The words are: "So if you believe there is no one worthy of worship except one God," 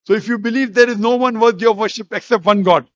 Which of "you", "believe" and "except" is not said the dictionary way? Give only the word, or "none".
none